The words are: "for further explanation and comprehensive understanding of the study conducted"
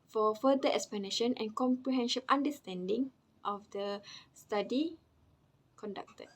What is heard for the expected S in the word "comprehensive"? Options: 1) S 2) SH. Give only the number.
2